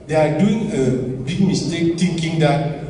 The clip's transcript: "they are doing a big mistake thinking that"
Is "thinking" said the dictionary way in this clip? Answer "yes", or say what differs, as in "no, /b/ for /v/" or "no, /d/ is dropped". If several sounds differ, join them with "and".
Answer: no, /t/ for /θ/